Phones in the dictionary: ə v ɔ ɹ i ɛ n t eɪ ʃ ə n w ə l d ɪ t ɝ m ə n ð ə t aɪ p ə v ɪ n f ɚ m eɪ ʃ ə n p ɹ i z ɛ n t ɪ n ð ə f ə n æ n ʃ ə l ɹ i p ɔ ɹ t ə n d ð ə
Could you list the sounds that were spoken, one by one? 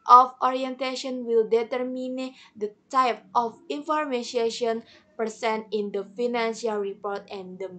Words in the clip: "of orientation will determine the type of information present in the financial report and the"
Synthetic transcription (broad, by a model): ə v ɔ ɹ i ɛ n t eɪ ʃ ə n w ə l d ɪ t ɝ m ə n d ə t aɪ p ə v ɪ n f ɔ m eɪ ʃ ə n p i s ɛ n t ɪ n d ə f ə n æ n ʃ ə l ɹ i p ɔ ɹ t ə n d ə